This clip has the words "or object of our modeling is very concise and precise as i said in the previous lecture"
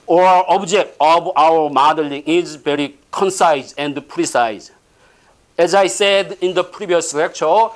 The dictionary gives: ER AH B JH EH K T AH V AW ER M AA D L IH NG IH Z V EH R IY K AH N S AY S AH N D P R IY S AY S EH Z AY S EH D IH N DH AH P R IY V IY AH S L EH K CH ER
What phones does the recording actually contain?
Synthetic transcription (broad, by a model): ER AH B JH EH K T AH B AW ER M AA D L IH NG IH Z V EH R IY K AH N S AY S AH N D P R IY S AY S EH Z AY S EH D IH N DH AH P R IY B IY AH S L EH K CH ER